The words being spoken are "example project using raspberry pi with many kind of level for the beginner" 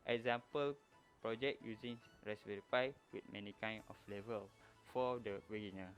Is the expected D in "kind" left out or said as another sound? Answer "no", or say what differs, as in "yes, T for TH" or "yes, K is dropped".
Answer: yes, D is dropped